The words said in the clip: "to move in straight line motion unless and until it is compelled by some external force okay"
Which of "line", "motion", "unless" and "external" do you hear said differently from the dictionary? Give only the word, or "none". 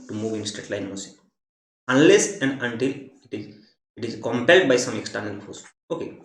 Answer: motion